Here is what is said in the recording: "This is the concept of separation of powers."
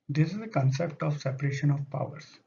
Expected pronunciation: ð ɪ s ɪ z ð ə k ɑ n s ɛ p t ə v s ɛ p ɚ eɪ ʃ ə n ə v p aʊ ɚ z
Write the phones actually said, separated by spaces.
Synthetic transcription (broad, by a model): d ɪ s ɪ z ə k ɑ n s ɛ p t ə v s ɛ p ɚ eɪ ʃ ə n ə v p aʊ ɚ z